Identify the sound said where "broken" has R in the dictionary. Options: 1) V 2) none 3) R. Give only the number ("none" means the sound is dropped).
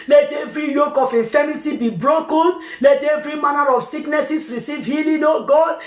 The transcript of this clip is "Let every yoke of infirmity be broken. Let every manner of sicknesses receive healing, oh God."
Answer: 3